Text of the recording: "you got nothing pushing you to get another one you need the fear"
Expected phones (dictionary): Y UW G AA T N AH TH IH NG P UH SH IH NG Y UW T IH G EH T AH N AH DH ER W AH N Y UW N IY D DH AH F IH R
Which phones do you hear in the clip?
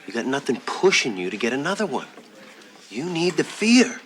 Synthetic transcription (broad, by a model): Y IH G AA T N AH TH IH NG P UH SH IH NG Y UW T IH G EH T AH N AH DH ER W AH N Y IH N IY D DH AH F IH R